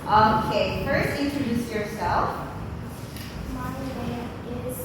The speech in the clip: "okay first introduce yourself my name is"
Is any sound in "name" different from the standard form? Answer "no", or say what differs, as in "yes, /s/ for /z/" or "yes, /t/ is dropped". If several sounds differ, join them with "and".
yes, /m/ is dropped